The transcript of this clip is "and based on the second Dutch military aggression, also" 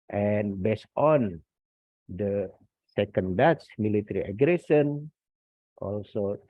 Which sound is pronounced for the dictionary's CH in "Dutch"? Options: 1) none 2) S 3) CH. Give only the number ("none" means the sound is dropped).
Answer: 2